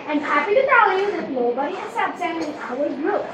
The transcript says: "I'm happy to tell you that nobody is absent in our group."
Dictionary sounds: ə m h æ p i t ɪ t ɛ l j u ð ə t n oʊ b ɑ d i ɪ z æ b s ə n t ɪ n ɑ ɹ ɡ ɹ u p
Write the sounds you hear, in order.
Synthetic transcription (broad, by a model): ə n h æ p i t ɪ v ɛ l j u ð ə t n oʊ b ɑ d i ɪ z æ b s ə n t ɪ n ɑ l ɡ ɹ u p